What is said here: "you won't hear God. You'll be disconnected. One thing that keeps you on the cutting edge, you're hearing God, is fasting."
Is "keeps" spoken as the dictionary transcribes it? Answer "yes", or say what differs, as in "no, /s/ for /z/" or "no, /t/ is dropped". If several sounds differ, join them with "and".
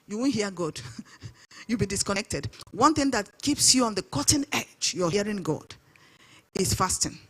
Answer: yes